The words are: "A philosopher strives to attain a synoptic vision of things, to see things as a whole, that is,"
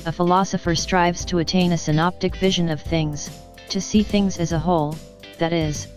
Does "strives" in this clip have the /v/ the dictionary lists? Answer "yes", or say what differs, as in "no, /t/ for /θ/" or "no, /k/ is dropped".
yes